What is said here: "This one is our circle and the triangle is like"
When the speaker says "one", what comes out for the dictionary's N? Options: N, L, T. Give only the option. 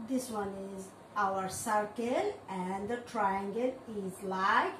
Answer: N